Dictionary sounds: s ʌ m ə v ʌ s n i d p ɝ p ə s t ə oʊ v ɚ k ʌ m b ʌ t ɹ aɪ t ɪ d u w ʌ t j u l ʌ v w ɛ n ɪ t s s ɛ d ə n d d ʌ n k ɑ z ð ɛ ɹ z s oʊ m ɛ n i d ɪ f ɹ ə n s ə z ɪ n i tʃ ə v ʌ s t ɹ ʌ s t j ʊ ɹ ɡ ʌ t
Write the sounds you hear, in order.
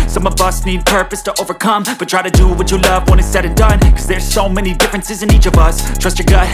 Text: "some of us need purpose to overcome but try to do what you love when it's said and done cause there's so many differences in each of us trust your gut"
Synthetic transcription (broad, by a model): s ʌ m ə v ʌ s n i d p ɝ p ə s t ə oʊ v ɚ k ʌ m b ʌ t ɹ aɪ t ɪ d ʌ w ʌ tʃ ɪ l ʌ v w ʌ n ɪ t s s ɛ d ə n d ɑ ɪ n k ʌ z ð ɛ ɹ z s oʊ m ɛ n i d ɪ f ɹ ə n s ə z ɪ n i tʃ ə v ʌ s t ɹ ʌ s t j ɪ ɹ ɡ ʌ